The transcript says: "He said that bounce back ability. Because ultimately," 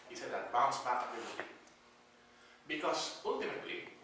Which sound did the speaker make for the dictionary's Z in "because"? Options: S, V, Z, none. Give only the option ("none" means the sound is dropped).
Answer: S